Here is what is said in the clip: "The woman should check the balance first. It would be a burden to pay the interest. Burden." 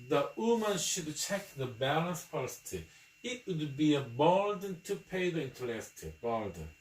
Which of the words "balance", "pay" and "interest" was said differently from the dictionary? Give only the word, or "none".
interest